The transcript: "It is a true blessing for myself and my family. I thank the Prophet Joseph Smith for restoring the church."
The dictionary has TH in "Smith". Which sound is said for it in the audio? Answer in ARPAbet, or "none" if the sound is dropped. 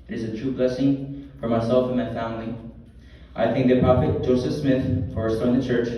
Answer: TH